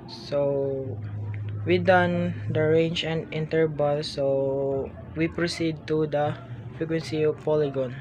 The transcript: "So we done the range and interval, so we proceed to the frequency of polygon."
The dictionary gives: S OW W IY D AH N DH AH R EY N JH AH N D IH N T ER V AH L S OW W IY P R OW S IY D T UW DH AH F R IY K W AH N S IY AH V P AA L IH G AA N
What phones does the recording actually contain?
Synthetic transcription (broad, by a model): S OW W IY D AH N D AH R EY N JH AH N D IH N T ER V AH L S OW W IY P R OW S IY D T UW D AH F R IY K W AH N S IY P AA L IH G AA N